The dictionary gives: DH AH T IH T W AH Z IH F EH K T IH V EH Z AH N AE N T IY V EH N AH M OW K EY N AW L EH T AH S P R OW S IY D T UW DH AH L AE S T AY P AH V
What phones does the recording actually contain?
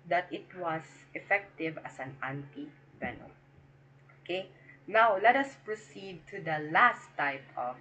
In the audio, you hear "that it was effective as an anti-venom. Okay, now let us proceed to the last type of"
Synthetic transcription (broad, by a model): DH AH T IH T W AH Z IH F EH K T IH V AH S AH N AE N T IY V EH N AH OW K EY N AW L EH T AH S P R OW S IY D T UW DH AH L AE S T AY P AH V